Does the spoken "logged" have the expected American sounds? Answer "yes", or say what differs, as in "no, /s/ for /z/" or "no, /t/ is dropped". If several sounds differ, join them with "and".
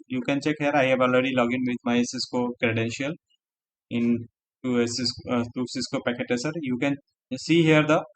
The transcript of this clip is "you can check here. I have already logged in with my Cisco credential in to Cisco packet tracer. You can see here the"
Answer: no, /d/ is dropped